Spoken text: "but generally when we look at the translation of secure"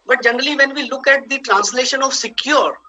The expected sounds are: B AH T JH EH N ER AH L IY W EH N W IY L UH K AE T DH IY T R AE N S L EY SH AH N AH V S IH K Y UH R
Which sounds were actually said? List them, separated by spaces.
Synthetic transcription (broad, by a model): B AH T JH EH N ER AH L IY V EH N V IY L UH K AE T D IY T R AE N S L EY SH AH N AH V S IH K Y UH R